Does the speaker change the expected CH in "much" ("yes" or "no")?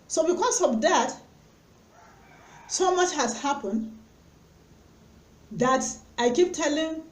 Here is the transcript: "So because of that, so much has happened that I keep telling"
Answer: no